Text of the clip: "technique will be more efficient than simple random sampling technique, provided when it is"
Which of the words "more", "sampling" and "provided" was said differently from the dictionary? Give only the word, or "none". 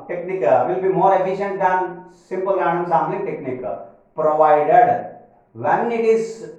sampling